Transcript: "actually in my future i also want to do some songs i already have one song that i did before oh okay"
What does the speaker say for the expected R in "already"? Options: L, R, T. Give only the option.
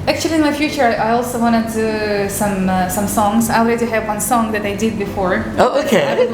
L